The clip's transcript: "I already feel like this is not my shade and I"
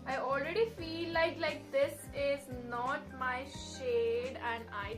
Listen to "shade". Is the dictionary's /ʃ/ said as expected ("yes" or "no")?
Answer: yes